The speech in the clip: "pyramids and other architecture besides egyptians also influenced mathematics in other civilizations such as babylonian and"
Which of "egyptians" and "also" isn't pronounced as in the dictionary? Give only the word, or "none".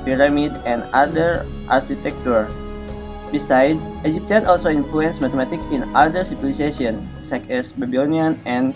egyptians